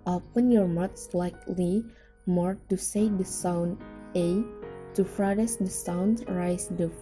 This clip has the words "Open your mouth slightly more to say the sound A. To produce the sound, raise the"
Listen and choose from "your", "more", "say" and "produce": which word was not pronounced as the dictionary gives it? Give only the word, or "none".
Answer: produce